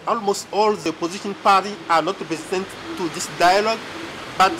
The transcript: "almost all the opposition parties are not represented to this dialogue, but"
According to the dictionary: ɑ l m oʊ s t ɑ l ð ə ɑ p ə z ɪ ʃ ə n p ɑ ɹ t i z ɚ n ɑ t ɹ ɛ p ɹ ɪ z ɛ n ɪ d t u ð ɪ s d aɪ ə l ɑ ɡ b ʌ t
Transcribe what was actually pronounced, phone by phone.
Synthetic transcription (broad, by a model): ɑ l m oʊ s t ɑ l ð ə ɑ p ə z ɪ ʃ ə n p ɑ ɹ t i ɑ n ɑ t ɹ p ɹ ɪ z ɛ n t t u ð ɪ s d aɪ ə l ɑ ɡ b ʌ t